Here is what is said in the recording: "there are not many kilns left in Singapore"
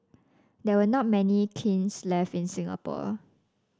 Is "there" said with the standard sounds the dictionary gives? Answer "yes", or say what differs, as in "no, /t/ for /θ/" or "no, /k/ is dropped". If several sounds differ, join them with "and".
no, /w/ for /ɹ/